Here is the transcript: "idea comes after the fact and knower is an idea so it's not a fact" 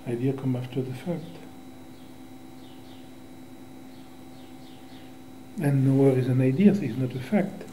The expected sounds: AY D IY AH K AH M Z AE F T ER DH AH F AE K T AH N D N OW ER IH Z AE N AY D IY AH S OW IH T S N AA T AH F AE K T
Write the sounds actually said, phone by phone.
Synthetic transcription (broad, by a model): AY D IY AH K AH M AE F T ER DH AH F AE K T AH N N OW ER IH Z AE N AY D IY AH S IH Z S N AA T AH F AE K T